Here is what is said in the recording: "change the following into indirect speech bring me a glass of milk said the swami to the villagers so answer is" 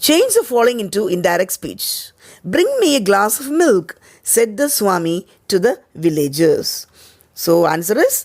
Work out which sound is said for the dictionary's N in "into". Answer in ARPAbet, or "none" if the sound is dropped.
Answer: N